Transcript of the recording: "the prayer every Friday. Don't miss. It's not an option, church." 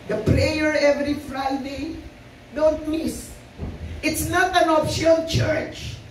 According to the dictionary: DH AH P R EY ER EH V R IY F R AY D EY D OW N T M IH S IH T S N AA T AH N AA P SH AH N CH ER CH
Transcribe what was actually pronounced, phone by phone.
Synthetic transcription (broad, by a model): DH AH P R EY ER EH V R IY F R AY D EY D OW N T M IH S IH T S N AA T AH N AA F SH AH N CH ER CH